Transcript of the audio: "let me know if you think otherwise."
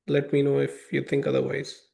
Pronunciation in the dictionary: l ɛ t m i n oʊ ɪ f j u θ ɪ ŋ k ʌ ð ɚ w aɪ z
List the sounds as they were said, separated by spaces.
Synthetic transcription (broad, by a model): l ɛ t m i n oʊ ɪ f j u t ɪ ŋ k ʌ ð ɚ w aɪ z